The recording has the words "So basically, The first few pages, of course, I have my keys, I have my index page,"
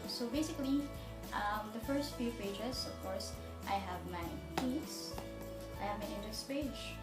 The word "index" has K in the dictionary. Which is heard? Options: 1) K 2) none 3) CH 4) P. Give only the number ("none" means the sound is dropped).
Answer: 2